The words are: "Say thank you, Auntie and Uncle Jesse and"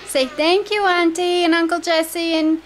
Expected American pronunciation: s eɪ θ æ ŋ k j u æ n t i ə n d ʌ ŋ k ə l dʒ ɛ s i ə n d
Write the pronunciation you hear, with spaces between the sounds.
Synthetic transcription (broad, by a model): s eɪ θ æ ŋ k j u æ n t i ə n ʌ ŋ k ə l dʒ ɛ s i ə n